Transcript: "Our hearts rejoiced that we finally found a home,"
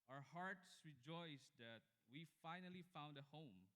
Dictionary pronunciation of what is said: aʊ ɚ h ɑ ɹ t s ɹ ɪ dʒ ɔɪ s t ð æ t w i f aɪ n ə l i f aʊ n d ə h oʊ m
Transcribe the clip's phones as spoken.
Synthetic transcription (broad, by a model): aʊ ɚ h ɑ ɹ t s ɹ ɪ dʒ ɔɪ s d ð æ t w i f aɪ n ə l i f aʊ n d ə h oʊ m